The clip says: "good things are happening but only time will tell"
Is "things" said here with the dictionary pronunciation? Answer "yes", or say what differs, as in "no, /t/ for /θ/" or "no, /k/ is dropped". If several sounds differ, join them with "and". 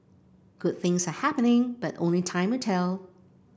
yes